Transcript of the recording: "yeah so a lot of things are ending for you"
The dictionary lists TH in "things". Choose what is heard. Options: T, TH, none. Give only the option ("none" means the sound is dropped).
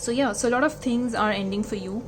T